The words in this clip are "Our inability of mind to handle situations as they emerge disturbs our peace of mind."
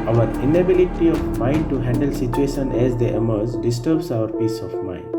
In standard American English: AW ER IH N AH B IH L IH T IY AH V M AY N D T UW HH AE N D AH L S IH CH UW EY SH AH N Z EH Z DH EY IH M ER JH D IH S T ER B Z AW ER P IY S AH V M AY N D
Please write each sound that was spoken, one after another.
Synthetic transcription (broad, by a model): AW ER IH N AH B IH L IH T IY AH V M AY N D T UW HH AE N D AH L S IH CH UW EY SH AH N EH Z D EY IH M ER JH D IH S T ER B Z AW ER P IY S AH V M AY N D